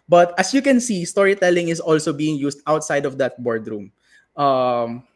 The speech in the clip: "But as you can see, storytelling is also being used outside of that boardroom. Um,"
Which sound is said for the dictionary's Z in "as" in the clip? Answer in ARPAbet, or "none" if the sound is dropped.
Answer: S